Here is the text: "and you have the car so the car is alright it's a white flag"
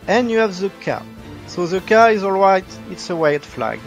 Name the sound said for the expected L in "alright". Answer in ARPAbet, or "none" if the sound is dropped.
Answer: L